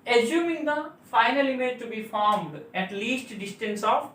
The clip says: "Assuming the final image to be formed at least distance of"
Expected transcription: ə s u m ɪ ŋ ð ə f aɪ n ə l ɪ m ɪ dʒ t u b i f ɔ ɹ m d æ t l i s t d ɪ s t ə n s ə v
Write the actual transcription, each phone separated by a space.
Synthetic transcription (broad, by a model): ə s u m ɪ ŋ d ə f aɪ n ə l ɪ m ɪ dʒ t u b i f ɔ ɹ m d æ t l i s t d ɪ s t ə n s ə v